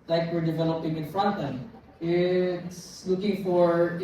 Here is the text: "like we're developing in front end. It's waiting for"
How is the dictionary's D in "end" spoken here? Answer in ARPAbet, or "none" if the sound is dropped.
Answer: none